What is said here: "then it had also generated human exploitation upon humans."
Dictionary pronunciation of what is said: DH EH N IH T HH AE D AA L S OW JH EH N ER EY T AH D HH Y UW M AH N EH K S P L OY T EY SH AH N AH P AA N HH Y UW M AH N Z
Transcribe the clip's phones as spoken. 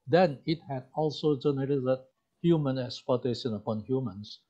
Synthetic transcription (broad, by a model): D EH N IH T HH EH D AA L S OW JH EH N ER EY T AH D HH Y UW M AH N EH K S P OY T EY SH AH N AH P AA N HH Y UW M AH N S